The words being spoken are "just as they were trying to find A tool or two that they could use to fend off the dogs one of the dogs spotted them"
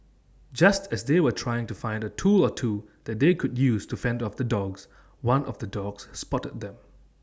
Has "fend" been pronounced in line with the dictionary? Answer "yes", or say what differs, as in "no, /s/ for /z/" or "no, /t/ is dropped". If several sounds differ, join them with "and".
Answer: yes